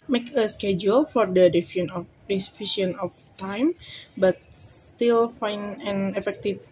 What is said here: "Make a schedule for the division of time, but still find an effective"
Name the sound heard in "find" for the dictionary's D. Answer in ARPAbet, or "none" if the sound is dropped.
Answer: none